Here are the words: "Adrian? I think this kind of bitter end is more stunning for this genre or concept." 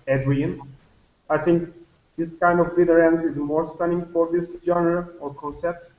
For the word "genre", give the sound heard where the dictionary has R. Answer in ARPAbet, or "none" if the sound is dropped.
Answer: none